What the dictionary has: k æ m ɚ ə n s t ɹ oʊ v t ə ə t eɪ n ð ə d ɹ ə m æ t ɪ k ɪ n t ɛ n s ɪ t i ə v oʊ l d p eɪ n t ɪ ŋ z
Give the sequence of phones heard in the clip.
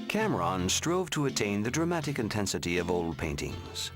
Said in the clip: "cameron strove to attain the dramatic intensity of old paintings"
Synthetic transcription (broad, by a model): k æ m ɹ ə n s t ɹ oʊ v t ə ə t eɪ n ð ə d ɹ ə m æ t ɪ k ɪ n t ɛ n s ɪ t i ə v oʊ l d p eɪ n t ɪ ŋ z